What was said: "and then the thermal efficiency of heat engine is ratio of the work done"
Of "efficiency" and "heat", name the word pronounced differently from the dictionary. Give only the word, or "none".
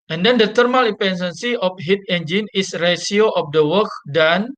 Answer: efficiency